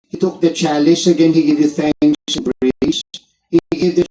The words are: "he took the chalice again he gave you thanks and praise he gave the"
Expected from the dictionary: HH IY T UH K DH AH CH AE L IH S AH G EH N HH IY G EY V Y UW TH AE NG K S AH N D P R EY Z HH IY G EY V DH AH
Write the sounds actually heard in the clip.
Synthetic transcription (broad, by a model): HH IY T UH K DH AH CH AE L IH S AH G EH N HH IY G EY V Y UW F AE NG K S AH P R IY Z HH IY G EY V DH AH